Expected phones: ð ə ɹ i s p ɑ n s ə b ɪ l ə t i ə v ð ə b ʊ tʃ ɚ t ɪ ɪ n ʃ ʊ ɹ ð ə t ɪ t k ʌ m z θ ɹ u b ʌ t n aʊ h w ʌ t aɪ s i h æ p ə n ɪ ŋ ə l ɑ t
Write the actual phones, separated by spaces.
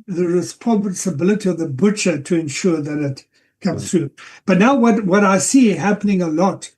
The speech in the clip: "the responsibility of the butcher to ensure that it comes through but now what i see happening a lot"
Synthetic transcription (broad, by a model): ð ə ɹ i s p ɑ n s ə b ɪ l ə t i ə v ð ə b ʊ tʃ ɚ t ɪ ɪ n ʃ ʊ ɹ ð ə t ɪ t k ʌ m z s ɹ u b ʌ t n aʊ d w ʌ t aɪ s i h æ p ə n ɪ ŋ ə l ɑ t